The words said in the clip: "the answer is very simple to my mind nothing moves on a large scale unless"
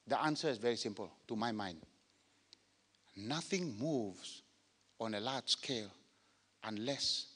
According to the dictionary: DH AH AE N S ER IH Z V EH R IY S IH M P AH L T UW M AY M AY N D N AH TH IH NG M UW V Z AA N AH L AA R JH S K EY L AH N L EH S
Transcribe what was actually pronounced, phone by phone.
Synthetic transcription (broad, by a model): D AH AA N S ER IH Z V EH R IY S IH M P AH L T UW M AY M AY N D N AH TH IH NG M UW V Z AA N AH L AA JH S K EY L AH N L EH S